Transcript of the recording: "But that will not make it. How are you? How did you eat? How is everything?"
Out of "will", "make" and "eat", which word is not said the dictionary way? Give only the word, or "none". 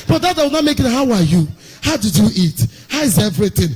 will